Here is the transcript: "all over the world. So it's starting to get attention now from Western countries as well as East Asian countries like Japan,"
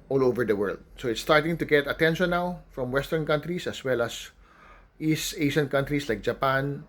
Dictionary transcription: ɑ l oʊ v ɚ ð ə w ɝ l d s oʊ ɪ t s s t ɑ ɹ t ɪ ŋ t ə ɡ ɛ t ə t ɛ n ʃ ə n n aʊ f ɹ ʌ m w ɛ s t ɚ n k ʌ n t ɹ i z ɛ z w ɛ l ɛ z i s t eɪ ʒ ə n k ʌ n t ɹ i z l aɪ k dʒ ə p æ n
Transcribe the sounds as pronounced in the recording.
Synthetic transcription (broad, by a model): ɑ l oʊ v ɚ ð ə w ɝ l d s oʊ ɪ t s s t ɑ ɹ t ɪ ŋ t ə ɡ ɛ t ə t ɛ n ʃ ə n n aʊ f ɹ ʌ m w ɛ s t ɚ n k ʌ n t ɹ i s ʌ s w ɛ l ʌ s i s t eɪ ʃ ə n k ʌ n t ɹ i s l aɪ k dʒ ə p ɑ n